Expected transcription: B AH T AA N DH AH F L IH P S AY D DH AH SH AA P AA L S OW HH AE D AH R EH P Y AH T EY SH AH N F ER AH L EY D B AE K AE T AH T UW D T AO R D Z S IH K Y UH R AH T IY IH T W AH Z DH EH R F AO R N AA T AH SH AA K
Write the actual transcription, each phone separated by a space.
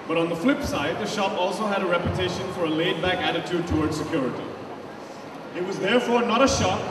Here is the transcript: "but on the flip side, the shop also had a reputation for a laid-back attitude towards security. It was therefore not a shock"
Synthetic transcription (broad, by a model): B AH T N DH AH F L IH P S AY D DH AH SH AA P AA L S OW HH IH D AH R EH P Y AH T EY SH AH N F ER AH L EY D B AE K AE T AH T UW D T AO R D Z S IH K Y UH R AH T IY IH T W AH Z DH EH R F AO R N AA T AH SH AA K